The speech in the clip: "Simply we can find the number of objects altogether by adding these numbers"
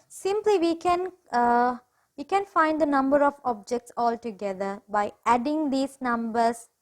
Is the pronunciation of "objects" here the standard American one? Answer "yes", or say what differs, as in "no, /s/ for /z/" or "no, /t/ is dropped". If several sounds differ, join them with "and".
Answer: yes